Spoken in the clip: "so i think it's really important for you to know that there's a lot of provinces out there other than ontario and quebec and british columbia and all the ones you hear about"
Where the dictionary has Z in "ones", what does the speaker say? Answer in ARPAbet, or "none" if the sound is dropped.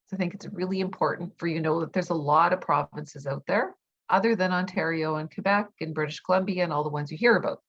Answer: Z